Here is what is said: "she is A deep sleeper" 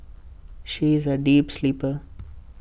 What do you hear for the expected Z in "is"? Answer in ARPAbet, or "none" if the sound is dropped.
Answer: Z